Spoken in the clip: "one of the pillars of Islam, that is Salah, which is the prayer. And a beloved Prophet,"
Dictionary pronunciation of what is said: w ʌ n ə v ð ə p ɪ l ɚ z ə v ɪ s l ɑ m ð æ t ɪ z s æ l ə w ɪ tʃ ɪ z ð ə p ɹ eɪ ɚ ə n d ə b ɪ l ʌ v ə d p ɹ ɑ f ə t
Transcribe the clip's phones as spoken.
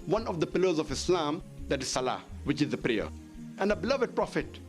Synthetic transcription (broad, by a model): w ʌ n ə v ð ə p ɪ l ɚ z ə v ɪ s l ɑ m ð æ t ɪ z s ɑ l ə w ɪ tʃ ɪ z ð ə p ɹ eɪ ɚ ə n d ə b ɪ l ʌ v ə d p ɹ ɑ f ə t